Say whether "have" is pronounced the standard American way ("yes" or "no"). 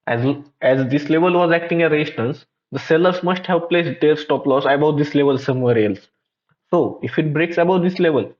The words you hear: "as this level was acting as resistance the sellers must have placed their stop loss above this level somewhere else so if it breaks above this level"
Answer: no